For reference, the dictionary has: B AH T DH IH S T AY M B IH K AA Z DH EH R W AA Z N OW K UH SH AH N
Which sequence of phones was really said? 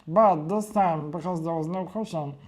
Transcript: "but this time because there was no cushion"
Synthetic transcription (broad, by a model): B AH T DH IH S T AY M B IH K AA Z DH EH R W AA Z N OW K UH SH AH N